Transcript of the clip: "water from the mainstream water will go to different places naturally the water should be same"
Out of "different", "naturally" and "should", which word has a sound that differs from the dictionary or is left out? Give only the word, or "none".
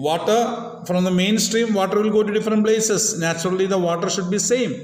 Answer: none